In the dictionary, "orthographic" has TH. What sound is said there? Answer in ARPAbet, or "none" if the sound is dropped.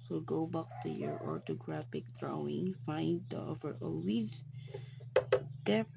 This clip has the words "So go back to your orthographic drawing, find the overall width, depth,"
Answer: T